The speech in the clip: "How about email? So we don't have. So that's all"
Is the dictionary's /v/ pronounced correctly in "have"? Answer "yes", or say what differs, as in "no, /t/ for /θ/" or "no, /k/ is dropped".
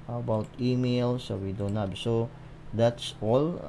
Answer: no, /b/ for /v/